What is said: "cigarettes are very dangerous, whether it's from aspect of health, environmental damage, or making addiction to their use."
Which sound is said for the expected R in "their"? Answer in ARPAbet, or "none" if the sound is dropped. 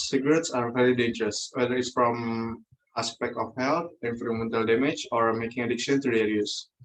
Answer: L